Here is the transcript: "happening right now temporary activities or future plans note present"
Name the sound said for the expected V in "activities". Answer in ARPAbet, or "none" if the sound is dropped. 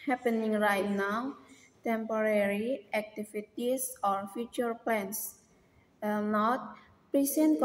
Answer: F